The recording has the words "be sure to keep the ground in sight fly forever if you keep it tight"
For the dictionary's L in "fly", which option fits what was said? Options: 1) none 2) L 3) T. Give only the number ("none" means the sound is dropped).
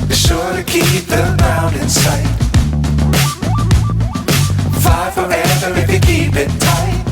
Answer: 1